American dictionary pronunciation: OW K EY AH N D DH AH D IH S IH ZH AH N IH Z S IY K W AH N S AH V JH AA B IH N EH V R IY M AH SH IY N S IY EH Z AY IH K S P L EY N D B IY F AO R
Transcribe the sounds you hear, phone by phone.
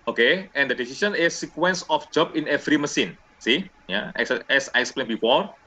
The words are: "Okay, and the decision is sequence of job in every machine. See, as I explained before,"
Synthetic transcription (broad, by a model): OW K EY AH N D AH D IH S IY S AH N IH S IY K W AH N S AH F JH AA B IH N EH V R IY M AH S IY N S IY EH S AY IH K S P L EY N B IY F AO R